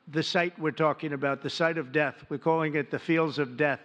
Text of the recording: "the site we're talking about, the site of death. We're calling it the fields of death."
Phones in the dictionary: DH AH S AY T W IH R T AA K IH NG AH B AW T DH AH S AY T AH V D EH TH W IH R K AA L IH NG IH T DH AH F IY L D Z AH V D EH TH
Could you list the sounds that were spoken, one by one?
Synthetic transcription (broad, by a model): DH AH S AY T W IH R T AA K IH NG AH B AW T DH AH S AY T AH V D EH TH W IH R K AA L IH NG IH T DH AH F IY L D Z AH V D EH TH